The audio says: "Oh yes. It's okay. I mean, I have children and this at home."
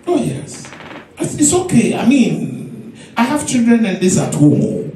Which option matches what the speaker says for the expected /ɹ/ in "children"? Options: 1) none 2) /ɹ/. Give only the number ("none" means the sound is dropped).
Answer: 2